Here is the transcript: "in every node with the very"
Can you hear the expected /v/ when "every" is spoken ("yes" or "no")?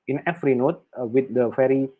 no